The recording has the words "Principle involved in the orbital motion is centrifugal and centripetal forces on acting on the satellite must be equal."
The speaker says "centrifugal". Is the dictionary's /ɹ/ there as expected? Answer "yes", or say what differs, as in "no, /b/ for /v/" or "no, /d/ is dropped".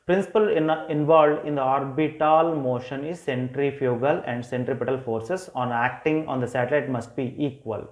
yes